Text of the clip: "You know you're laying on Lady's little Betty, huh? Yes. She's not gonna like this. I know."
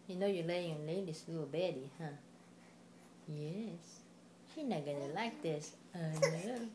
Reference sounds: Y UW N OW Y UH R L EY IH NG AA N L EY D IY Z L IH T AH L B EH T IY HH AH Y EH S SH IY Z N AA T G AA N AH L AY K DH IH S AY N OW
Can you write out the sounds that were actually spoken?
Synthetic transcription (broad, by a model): Y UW N OW Y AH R L EY IH NG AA N L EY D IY S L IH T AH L B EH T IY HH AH Y EH S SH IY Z N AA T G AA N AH L AY K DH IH S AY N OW